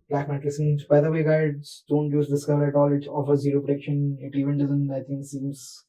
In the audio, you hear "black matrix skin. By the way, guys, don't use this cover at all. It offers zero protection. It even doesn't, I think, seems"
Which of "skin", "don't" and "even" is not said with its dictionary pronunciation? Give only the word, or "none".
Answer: skin